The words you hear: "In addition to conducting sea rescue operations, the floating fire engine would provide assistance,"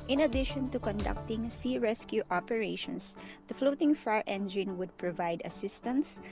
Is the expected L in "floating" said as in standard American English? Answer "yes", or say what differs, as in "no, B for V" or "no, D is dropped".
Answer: yes